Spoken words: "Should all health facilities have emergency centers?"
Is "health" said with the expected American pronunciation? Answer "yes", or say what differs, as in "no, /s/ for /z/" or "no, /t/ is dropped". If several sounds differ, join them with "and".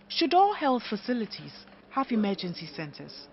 yes